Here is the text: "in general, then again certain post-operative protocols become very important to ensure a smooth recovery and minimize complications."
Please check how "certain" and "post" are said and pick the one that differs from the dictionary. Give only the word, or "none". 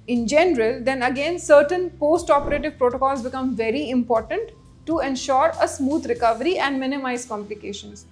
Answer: none